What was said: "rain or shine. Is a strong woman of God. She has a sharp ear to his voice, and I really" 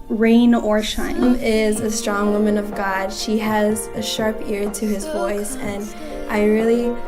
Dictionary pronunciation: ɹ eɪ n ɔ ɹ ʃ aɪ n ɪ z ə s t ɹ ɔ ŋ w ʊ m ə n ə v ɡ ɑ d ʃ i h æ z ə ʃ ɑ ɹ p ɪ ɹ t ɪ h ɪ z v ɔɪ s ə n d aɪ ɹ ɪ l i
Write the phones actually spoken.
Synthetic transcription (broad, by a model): ɹ eɪ n ɔ ɹ ʃ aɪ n ɪ z ə s t ɹ ɔ ŋ w ʊ m ə n ə v ɡ ɑ d ʃ i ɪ z ə ʃ ɑ ɹ p ɪ ɹ t ɪ ɪ z v ɔɪ s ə n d aɪ ɹ ɪ l i